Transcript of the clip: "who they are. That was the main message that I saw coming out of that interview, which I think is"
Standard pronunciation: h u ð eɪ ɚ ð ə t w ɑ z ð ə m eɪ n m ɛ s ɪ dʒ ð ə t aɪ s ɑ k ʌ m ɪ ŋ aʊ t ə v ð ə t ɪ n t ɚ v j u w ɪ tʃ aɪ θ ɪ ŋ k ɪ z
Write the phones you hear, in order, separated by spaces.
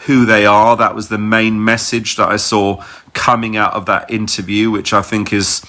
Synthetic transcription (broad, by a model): h u ð eɪ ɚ ð ə t w ɑ z ð ə m eɪ n m ɛ s ɪ dʒ ð ə t aɪ s ɑ k ʌ m ɪ ŋ aʊ t ə v ð ə t ɪ n t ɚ v j u w ɪ tʃ aɪ θ ɪ ŋ k ɪ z